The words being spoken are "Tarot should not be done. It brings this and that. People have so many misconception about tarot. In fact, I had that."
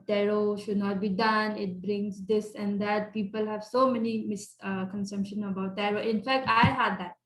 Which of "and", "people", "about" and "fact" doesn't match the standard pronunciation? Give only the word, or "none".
none